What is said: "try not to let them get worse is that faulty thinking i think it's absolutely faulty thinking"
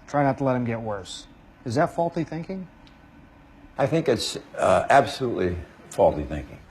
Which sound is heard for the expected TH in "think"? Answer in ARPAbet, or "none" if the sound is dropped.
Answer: TH